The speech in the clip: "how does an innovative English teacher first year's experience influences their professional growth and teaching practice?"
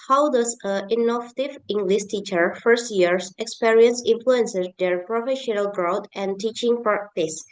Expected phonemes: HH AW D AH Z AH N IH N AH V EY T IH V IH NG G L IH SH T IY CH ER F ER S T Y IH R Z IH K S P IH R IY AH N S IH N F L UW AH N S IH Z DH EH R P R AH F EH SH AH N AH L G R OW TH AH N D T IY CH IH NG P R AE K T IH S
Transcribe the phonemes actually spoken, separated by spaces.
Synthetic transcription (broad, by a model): HH AW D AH S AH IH N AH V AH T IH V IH NG G L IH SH T IY CH ER F ER S T Y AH R S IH K S P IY R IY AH N S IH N F L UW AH N S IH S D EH R P R AH F EH SH AH N AH L G R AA T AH N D T IY CH IH NG P R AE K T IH S